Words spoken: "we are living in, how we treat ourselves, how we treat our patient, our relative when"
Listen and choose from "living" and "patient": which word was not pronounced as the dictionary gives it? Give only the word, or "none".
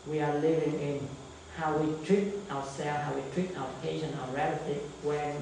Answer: patient